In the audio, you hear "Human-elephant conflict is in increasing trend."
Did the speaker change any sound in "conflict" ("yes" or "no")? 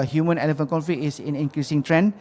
yes